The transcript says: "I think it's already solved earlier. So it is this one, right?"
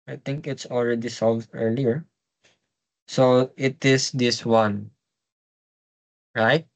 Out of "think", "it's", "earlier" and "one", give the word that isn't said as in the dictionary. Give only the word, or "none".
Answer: think